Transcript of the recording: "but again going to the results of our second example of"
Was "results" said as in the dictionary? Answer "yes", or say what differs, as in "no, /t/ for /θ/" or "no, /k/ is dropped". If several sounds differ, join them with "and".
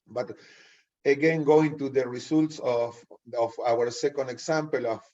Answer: no, /s/ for /z/